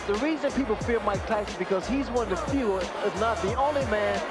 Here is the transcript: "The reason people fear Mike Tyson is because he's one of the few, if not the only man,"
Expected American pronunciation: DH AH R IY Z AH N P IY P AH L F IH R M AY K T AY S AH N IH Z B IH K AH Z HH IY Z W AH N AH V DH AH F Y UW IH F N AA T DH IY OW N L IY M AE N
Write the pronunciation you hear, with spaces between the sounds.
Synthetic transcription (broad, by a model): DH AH R IY Z AH N P IY P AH L F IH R M AY K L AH IH S B IH K AH Z HH IY Z W AH N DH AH F Y UW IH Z N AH T DH IY OW N L IY M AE N